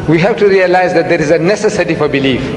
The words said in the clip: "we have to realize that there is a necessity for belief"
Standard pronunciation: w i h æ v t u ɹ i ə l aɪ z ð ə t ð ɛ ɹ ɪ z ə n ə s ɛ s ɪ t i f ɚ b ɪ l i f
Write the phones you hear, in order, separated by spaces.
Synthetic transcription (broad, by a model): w i h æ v t u ɹ i ə l aɪ z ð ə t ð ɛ ɹ ɪ z ə n ə s ɛ s ɪ t i f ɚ b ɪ l i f